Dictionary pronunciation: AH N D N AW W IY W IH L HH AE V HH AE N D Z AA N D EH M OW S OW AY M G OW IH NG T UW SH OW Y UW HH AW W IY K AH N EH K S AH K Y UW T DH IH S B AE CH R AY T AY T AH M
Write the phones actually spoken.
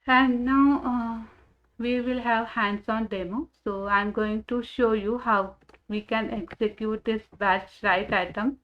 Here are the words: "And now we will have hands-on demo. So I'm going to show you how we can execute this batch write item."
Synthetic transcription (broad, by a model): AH N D N AW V IY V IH L HH AE V HH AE N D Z AA N D EH M OW S OW AY M G OW IH NG T UW SH OW Y UW HH AW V IY K AH N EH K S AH K Y UW T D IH S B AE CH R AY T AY T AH M